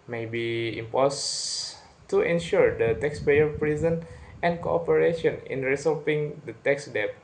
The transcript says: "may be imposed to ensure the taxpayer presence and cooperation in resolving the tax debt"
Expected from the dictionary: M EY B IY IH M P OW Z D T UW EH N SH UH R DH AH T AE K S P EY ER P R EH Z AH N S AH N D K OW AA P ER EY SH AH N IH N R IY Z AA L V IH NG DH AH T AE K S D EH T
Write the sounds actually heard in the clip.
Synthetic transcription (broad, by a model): M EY B IY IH M P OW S T UW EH N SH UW R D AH T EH K S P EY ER P R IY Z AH N AH N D K OW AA P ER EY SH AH N IH N R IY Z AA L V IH NG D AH T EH K S D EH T